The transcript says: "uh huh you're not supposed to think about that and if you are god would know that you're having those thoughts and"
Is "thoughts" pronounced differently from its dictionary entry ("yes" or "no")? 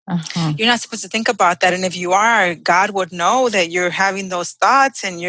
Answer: no